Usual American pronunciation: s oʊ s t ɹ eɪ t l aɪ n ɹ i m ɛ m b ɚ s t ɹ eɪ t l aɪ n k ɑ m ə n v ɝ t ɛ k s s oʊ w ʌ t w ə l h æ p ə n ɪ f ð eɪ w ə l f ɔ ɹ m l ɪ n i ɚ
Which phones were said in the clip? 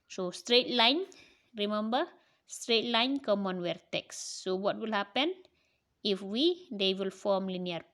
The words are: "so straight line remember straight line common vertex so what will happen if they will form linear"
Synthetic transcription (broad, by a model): s oʊ s t ɹ eɪ t l aɪ n ɹ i m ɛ m b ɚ s t ɹ eɪ t l aɪ n k ɑ m ə n w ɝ t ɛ k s s oʊ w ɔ t w ə l h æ p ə n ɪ f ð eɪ w ə l f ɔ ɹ m l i n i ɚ